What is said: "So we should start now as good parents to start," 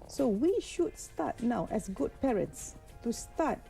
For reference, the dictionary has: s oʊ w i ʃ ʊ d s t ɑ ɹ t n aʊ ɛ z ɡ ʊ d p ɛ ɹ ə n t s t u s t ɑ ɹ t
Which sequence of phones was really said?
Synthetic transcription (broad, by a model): s oʊ w i ʃ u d s t ɑ t n aʊ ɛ s ɡ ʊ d p ɛ ɹ ə n t s t u s t ɑ t